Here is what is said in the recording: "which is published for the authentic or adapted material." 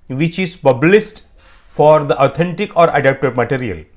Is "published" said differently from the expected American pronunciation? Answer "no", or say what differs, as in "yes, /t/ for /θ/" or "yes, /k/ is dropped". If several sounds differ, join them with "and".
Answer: yes, /s/ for /ʃ/